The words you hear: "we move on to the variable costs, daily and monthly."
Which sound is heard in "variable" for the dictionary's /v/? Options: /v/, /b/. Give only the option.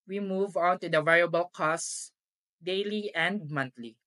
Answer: /v/